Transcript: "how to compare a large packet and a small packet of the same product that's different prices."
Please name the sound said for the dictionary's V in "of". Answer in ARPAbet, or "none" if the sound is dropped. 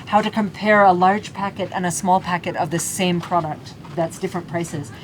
V